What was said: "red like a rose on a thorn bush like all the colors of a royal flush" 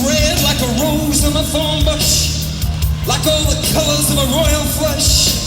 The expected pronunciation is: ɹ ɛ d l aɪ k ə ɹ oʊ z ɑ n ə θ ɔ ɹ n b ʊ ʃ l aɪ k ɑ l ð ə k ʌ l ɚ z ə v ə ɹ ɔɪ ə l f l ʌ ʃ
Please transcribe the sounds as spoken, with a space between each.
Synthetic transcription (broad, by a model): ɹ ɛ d l aɪ k ə ɹ oʊ z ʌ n ə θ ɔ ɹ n b ʊ ʃ l aɪ k ɑ l ð ə k ʌ l ɚ z ə v ə ɹ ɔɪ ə l f l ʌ ʃ